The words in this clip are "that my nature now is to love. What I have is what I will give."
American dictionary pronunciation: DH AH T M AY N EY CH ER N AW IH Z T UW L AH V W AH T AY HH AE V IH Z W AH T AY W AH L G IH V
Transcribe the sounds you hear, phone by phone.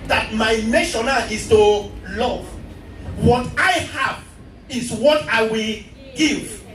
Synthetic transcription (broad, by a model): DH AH T M AY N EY SH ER N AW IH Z T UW L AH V W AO T AY HH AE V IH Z W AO T AY W AH L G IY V